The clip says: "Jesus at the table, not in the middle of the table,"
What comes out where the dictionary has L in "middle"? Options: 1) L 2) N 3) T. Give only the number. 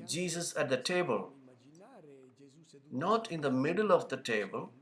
1